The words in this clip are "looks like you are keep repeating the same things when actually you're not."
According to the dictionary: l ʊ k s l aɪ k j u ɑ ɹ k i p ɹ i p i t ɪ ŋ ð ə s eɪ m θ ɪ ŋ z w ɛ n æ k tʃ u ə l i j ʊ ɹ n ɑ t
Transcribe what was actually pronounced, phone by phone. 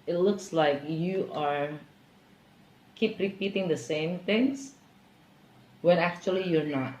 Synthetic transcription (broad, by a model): l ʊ k s l aɪ k j u ɑ ɹ k i p ɹ i p i t ɪ ŋ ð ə s eɪ m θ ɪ ŋ s w ɛ n æ k tʃ u ə l i j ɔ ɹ n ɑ t